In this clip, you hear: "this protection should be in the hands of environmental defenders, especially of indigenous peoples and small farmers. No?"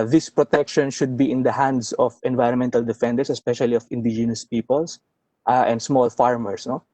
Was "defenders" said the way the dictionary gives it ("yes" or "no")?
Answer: no